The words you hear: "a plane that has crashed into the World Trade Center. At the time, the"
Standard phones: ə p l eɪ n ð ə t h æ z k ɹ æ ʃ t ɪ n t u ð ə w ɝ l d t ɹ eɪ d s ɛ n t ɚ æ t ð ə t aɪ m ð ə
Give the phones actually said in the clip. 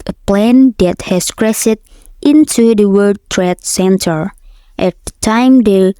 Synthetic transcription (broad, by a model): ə p l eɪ n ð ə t h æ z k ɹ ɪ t t ɪ n t u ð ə w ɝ d t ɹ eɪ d s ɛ n t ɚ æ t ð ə t aɪ m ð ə